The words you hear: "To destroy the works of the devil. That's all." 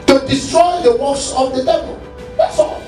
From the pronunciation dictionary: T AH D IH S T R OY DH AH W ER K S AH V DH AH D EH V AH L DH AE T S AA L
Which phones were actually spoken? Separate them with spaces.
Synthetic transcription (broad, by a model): T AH D IH S T R OY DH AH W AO S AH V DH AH D EH V AH L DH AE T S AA